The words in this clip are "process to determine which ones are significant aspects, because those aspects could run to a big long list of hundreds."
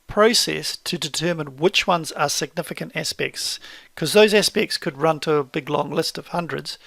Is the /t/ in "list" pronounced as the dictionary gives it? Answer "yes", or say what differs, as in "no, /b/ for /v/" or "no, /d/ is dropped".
yes